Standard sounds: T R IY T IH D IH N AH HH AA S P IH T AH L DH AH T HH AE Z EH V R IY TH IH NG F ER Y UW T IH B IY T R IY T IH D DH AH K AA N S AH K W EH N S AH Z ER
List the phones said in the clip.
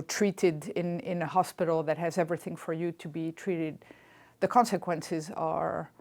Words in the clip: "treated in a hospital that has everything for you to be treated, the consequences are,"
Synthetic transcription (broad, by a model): T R IY T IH D IH N AH HH AA S P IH T L DH AH T HH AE Z EH V R IY TH IH NG F ER Y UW T IH B IY T R IY T IH D DH AH K AA N S AH K W EH N S AH Z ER